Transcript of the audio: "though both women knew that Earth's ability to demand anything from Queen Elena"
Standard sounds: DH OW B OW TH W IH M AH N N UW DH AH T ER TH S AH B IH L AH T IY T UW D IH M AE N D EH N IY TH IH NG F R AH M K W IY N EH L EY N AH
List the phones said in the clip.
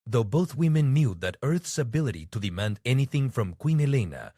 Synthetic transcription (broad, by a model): DH OW B OW TH W IH M AH N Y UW DH AH T ER TH S AH B IH L AH T IY T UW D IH M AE N D EH N IY TH IH NG F R AH M K W IY N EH L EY N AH